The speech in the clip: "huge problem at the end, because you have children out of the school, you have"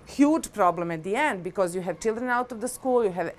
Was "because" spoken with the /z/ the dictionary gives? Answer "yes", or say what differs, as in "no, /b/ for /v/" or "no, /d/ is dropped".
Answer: yes